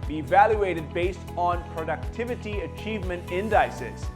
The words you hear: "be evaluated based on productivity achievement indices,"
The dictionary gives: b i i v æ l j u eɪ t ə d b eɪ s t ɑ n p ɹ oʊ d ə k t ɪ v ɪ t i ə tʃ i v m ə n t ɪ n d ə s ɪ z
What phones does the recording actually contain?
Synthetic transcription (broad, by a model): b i i v æ l j u eɪ t ə d b eɪ s t n p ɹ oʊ d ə k t ɪ v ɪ t i ə tʃ i v m ə n t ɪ n d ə s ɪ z